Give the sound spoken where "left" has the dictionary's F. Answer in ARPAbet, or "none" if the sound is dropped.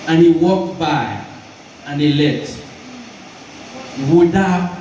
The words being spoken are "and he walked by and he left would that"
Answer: none